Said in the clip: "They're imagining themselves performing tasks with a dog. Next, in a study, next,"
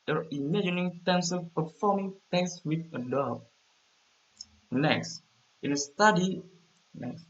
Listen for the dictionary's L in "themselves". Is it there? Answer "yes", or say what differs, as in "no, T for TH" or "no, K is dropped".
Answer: no, L is dropped